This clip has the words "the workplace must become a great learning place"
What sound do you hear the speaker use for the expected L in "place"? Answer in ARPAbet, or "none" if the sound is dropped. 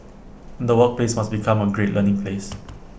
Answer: L